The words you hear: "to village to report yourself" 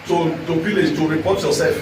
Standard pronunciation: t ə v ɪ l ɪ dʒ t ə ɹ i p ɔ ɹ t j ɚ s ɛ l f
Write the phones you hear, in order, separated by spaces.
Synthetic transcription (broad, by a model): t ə p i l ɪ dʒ t ə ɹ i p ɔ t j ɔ s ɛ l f